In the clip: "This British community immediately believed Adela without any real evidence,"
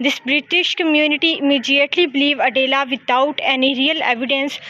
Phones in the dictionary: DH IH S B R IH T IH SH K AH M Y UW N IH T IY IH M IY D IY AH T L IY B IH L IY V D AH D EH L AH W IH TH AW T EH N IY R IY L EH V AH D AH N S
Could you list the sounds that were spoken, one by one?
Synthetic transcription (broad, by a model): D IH S B R IH T IH SH K AH M Y UW N IH T IY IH M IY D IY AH T L IY B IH L IY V AH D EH L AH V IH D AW T EH N IY R IY L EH V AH D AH N S